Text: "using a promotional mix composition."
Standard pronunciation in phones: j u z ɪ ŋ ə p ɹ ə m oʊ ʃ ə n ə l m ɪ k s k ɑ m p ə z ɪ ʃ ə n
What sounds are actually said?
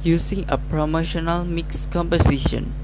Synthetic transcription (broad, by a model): j u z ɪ ŋ ə p ɹ ə m oʊ ʃ ə n ə l m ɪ k s k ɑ m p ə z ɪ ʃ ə n